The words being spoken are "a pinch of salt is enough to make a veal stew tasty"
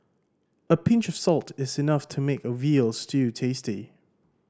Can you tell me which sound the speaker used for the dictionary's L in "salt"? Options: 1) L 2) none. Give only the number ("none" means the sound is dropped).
1